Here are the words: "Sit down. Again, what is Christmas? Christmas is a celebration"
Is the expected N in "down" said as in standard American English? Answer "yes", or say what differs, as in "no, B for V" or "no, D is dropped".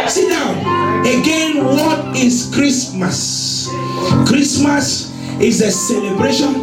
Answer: no, N is dropped